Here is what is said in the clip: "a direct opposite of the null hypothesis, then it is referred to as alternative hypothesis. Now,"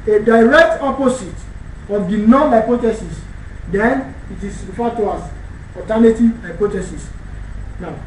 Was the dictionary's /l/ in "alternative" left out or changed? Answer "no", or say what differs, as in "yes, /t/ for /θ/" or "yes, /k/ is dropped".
yes, /l/ is dropped